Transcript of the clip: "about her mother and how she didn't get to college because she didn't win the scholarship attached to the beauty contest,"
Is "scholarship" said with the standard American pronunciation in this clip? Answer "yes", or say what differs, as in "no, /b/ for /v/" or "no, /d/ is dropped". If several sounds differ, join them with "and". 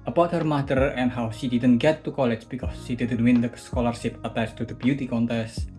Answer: yes